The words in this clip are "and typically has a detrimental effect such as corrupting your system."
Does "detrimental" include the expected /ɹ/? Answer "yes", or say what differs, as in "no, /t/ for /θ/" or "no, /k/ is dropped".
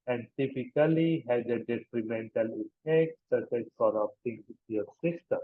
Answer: yes